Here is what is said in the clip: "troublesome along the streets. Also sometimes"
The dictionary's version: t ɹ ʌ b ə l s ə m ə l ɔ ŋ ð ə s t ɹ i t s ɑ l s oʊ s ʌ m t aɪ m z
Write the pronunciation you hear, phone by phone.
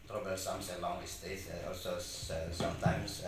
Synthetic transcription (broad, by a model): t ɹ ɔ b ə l s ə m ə l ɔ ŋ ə s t i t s ɑ l s oʊ s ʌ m t aɪ m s